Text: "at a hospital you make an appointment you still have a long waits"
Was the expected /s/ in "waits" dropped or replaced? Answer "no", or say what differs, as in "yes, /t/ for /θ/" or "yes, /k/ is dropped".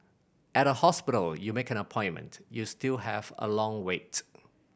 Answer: yes, /s/ is dropped